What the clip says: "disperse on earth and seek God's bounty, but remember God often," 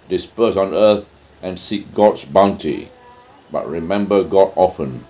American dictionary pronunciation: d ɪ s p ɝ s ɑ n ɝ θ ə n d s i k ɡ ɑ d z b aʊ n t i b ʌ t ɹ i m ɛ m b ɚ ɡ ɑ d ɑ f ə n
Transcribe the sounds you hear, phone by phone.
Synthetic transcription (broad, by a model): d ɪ s p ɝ s ɑ n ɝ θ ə n s i k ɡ ɑ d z b aʊ n t i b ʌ t ɹ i m ɛ m b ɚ ɡ ɑ d ɑ f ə n